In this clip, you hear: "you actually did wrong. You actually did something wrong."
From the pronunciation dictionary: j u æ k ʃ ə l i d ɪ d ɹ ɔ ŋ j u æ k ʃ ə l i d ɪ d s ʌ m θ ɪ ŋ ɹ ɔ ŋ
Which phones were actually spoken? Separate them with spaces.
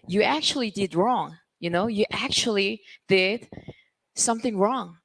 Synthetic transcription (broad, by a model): j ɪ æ k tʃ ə l i d ɪ d ɹ ɔ ŋ j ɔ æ k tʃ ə l i d ɪ d s ʌ m θ ɪ ŋ ɹ ɔ ŋ